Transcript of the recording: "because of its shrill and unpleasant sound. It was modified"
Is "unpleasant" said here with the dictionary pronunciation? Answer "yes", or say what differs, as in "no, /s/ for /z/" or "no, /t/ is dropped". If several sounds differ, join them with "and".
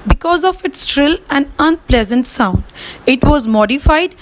yes